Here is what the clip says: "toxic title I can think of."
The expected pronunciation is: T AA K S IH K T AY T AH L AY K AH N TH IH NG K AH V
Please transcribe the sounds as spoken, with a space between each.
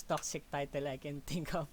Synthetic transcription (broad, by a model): T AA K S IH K T AY T AH L AY K AH N T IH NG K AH